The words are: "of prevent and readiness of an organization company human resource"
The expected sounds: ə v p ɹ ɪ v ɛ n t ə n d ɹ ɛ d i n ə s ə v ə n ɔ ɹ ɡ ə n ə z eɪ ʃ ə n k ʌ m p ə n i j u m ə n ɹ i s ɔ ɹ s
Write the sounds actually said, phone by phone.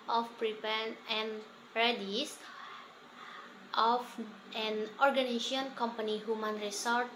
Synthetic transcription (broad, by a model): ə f p ɹ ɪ p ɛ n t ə n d ɹ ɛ d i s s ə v ə n ɔ ɹ ɡ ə n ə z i ə n k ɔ m p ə n i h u m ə n ɹ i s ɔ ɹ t